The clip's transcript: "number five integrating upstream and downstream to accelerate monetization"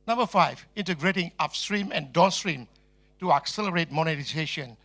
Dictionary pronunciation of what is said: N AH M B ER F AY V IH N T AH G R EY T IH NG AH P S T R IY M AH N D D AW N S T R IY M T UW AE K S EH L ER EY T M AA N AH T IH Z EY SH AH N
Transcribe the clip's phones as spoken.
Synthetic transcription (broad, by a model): N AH M B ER F AY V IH N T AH G R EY T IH NG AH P S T R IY M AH N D D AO S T R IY M T UW AE K S EH L ER EY T M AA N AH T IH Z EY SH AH N